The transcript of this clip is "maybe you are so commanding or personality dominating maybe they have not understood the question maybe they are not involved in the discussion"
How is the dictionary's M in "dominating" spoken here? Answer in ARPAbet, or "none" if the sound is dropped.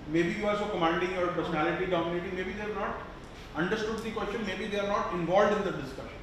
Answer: none